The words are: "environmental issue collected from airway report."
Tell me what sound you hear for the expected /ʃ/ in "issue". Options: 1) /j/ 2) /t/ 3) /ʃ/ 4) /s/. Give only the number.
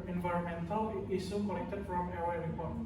4